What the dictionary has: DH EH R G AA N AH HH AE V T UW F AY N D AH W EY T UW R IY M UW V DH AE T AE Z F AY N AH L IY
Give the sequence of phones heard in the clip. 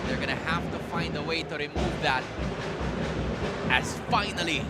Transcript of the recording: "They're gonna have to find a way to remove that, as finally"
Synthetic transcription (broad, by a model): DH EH R G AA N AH HH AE F T UW F AY N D AH W EY T UW R IY M UW V DH AE T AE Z F AY N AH L IY